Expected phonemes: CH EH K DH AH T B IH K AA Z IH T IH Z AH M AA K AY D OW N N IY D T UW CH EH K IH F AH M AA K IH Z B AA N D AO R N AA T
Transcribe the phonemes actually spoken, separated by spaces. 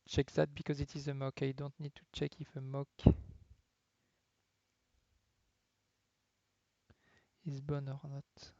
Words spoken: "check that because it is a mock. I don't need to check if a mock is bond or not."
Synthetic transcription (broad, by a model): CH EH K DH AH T B IH K AA Z IH T IH Z AH M AA K AY D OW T N IY D T UW CH EH K IH F AH M AA K IH Z B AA N AO R N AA T